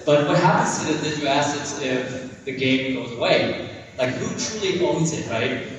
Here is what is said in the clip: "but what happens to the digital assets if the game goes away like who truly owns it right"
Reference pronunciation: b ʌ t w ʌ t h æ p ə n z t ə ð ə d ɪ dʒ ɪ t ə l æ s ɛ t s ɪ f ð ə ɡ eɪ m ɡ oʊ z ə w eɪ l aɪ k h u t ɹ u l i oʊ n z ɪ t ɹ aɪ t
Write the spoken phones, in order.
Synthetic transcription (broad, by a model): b ʌ t w ʌ t h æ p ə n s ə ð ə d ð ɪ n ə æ s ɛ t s ɪ f ð ə ɡ eɪ m ɡ oʊ z ə w eɪ l aɪ k h u t ɹ u l i oʊ n z ɪ t ɹ aɪ t